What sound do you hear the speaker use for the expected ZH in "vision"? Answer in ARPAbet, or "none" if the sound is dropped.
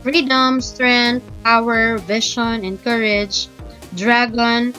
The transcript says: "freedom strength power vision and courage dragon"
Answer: SH